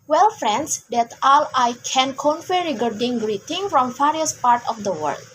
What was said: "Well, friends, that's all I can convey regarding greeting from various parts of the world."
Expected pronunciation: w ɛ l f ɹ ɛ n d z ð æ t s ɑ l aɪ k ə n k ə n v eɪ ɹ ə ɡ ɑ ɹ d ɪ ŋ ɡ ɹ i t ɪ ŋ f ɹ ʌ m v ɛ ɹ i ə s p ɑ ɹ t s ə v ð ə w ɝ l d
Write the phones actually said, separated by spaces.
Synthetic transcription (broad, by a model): w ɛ l f ɹ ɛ n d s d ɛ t ɑ l aɪ k ə n k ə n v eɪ ɹ ə ɡ ɑ ɹ d ɪ ŋ ɡ ɹ i t ɪ ŋ f ɹ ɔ m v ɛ ɹ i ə s p ɑ ɹ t ə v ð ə w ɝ l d